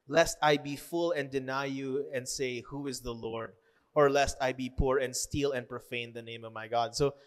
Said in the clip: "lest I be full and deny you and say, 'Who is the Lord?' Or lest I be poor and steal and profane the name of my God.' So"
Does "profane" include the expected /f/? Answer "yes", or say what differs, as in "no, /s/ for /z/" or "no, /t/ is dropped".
yes